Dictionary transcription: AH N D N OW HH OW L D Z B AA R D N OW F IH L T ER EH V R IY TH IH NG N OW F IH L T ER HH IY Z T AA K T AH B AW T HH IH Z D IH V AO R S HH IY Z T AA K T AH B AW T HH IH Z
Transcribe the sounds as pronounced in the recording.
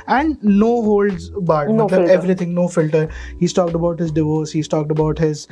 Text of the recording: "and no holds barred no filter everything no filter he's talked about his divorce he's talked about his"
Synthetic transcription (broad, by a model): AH N D N OW HH OW L D Z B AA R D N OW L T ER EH V R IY T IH NG N OW F IH L T ER HH IY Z T AA K T AH B AW T HH IH Z D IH V AO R S HH IY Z T AA K T AH B AW T HH IH Z